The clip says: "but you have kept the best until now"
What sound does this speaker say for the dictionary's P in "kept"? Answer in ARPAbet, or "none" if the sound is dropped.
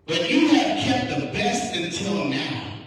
P